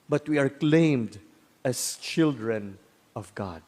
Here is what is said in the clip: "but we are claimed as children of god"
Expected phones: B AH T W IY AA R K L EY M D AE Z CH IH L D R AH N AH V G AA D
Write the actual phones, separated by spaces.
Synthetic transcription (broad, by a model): B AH T W IY AA R K L EY M D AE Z CH IH L D R AH N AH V G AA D